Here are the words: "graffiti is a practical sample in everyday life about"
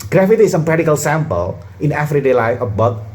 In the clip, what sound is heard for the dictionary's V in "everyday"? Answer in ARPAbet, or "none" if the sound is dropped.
F